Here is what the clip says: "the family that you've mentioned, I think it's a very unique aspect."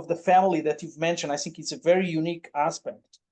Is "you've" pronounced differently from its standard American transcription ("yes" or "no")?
no